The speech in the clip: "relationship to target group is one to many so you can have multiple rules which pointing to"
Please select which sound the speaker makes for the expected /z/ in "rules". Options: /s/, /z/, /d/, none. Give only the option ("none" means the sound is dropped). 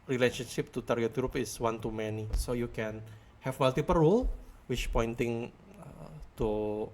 none